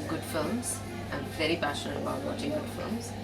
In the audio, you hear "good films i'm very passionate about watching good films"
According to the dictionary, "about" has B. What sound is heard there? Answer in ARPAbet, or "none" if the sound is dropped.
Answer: none